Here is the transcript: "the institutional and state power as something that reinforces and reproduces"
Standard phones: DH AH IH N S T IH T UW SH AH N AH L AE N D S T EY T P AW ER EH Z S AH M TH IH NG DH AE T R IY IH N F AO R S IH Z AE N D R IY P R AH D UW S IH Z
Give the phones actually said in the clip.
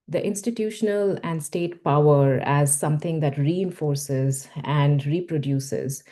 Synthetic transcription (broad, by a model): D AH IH N S T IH T UW SH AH N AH L AE N D S T EY T P AW ER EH Z S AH M T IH NG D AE T R IY IH N F AO R S IH Z AE N D R IY P R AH D UW S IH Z